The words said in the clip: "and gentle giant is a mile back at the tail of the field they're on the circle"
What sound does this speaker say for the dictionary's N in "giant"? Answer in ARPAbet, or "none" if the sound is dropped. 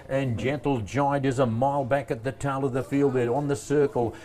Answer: none